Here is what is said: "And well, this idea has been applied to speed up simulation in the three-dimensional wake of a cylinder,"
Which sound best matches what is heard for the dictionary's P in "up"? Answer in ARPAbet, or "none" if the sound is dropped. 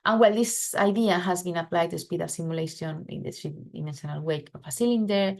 F